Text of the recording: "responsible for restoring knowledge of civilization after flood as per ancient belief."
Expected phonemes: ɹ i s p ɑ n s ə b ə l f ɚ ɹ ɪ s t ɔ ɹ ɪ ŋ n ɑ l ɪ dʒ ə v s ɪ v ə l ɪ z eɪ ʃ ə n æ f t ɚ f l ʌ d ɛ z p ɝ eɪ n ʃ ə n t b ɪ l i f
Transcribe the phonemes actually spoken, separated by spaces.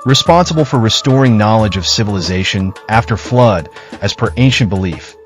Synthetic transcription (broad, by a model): ɹ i s p ɑ n s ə b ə l f ɚ ɹ ɪ s t ɔ ɹ ɪ ŋ n ɑ l ɪ dʒ ə v s ɪ v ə l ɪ z eɪ ʃ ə n æ f t ɚ f l ʌ d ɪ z p ɝ eɪ n ʃ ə n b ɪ l i f